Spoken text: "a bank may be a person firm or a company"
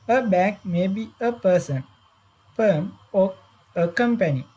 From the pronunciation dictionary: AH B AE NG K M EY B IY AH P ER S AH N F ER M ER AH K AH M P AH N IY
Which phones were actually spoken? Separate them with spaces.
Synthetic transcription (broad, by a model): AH B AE K M EY B IY AH P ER S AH N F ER M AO AH K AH M P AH N IY